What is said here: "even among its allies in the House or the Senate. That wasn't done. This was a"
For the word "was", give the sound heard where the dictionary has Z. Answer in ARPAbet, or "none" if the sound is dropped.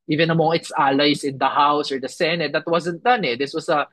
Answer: S